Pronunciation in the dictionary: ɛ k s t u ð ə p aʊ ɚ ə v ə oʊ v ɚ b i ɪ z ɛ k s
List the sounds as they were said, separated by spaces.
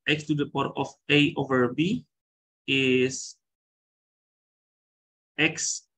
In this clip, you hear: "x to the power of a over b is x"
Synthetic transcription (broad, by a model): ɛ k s t u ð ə p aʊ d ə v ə oʊ v ɚ b i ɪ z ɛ k s